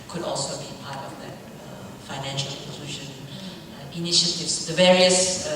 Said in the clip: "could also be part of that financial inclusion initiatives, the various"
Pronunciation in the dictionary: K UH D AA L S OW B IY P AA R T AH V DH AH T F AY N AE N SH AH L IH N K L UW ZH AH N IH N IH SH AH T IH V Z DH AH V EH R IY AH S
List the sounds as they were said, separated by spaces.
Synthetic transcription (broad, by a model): K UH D AA L S OW B IY P AA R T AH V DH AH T F AY N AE N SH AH L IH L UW SH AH N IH N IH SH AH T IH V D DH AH V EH R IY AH S